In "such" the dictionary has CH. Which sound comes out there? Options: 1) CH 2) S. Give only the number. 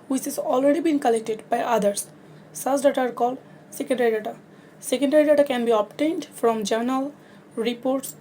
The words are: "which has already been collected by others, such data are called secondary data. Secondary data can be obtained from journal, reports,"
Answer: 2